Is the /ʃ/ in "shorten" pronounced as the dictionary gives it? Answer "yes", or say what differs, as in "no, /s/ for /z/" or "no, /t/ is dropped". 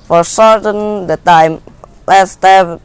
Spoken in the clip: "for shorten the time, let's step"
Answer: no, /s/ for /ʃ/